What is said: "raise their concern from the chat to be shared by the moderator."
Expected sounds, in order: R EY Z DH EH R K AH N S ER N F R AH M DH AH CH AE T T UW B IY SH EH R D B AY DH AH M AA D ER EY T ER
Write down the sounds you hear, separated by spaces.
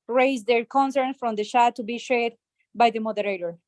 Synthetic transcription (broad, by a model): R EY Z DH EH R K AH N S ER N F R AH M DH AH SH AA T T UW B IY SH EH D B AY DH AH M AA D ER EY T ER